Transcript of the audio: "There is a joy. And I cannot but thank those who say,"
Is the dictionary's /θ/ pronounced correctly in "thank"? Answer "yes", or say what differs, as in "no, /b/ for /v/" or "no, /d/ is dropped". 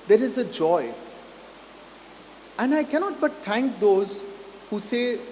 no, /t/ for /θ/